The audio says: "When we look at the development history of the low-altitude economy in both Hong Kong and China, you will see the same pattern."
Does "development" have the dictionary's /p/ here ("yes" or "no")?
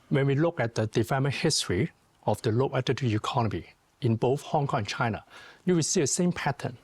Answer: no